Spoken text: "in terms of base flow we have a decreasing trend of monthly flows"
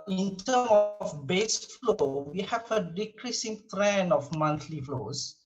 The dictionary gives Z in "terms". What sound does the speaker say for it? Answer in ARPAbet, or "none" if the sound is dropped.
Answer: none